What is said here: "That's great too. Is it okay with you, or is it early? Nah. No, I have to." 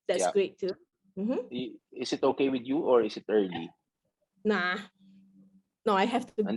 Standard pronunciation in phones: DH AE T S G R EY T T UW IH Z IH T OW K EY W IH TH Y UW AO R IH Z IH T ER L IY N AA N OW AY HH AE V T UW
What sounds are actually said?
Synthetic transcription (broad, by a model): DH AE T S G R EY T T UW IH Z IH T OW K EY W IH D Y UW AO R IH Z IH T ER L IY N AA N OW AY HH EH F T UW